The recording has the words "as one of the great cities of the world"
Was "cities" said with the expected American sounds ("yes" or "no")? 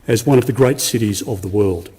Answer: yes